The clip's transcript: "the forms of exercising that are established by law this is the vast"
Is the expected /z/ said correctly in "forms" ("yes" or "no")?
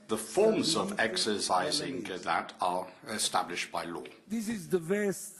yes